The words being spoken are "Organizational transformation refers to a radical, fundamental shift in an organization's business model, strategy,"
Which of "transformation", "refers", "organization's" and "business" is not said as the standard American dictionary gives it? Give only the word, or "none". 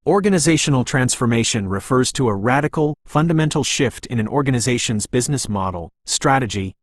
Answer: none